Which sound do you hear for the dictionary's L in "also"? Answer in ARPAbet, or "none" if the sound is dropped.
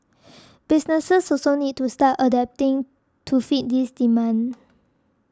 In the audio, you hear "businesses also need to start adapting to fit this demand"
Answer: none